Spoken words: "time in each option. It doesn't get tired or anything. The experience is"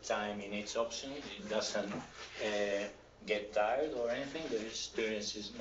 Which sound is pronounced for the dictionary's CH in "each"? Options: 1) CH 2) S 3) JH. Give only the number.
2